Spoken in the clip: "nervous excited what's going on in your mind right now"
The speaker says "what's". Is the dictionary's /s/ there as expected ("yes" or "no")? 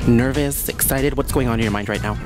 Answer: yes